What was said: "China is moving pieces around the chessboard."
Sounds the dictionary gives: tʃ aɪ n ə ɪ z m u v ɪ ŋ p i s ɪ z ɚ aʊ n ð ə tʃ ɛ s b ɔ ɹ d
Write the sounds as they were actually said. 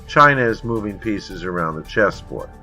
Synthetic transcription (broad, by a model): tʃ aɪ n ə ɪ z m u v ɪ ŋ p i s ɪ z ɚ aʊ n ð ə tʃ ɛ s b ɔ ɹ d